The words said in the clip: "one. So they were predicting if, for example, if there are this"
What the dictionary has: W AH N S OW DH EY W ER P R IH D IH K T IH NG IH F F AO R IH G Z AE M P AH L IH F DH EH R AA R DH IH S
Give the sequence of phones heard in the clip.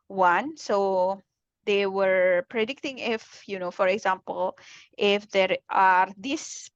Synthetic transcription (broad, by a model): W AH N S OW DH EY W ER P R IH D IH K T IH NG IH F F AO R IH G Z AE M P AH L IH F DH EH R AA R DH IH S